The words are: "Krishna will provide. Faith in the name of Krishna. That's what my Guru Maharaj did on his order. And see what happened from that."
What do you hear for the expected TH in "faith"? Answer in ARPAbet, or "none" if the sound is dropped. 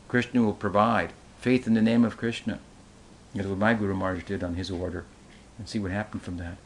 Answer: TH